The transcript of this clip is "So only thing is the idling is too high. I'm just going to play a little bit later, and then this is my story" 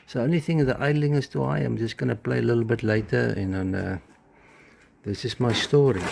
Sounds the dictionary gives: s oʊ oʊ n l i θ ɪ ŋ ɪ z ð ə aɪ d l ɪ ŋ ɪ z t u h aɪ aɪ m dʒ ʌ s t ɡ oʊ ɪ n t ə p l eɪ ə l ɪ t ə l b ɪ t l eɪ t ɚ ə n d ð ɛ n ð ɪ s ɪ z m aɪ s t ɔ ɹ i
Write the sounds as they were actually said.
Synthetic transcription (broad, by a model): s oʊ oʊ n l i θ ɪ ŋ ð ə aɪ d l ɪ ŋ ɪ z t u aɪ aɪ m dʒ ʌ s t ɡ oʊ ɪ n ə p l eɪ ə l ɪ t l b ɪ t l eɪ t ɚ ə n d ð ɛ n ð ɪ s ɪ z m aɪ s t ɔ ɹ i